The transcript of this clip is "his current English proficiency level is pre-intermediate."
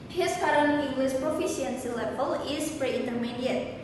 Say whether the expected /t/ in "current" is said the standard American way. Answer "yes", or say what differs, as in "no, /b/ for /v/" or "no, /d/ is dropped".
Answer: no, /t/ is dropped